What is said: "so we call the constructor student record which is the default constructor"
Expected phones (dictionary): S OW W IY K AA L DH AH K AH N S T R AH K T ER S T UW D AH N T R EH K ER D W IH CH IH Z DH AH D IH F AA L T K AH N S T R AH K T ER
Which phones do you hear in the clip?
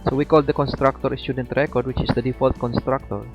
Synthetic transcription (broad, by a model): S OW W IY K AA L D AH K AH N S T R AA K T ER S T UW D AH N T R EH K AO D W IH CH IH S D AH D IH F AA L T K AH N S T R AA K T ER